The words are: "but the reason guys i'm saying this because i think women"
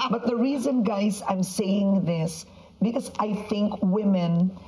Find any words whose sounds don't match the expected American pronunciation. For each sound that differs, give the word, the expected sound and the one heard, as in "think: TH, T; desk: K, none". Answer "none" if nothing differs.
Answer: none